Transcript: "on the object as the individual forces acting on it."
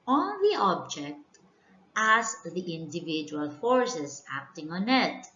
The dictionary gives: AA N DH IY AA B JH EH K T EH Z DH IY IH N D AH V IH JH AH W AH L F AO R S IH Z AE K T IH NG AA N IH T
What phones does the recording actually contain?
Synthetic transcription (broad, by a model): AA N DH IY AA B JH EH K T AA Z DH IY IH N D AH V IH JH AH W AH L F AO R S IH S AE K T IH NG AA N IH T